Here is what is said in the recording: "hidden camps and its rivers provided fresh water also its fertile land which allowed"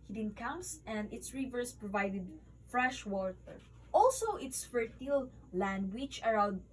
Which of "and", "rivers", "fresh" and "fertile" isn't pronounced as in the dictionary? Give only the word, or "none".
rivers